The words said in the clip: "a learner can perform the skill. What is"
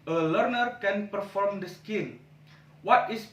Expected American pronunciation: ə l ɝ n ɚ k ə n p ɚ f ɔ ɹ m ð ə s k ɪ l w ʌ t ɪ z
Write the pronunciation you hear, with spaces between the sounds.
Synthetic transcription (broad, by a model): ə l ɝ n ɚ k ə n p ɚ f ɔ ɹ m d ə s k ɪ n w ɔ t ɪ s